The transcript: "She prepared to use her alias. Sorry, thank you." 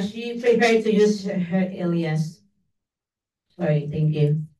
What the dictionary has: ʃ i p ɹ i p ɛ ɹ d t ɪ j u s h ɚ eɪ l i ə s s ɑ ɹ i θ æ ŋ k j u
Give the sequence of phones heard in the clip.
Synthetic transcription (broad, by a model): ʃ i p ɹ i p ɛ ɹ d t ɪ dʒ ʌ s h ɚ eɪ l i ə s s ɑ ɹ i θ æ ŋ k j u